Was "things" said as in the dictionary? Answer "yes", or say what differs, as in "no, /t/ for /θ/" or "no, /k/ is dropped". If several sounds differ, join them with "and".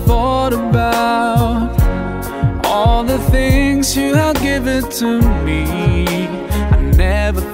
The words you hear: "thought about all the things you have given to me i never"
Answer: yes